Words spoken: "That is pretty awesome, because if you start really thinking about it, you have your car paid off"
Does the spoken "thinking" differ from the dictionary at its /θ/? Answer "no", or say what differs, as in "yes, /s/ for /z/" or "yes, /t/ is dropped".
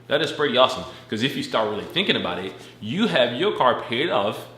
no